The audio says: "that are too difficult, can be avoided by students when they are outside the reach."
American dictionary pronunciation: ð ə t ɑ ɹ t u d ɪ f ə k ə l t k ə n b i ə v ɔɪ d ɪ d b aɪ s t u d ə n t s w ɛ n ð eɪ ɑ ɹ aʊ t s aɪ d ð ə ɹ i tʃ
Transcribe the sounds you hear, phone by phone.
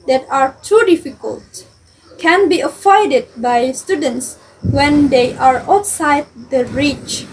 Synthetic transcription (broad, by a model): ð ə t ɑ ɹ t u d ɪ f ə k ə l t k ə n b i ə f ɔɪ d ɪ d b aɪ s t u d ə n t s w ɛ n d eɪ ɑ ɹ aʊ t s aɪ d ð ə ɹ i tʃ